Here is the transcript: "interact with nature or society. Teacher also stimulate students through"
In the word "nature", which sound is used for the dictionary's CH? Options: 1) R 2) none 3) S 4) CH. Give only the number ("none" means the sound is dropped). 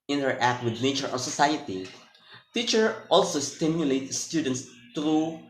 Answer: 4